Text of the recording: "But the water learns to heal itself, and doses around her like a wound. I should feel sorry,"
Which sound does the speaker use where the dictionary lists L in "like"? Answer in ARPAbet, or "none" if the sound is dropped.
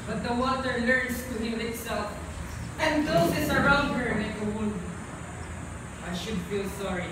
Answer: N